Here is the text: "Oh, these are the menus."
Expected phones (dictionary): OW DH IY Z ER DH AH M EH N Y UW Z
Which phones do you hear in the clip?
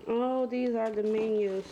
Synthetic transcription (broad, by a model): OW DH IY Z ER DH AH M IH N Y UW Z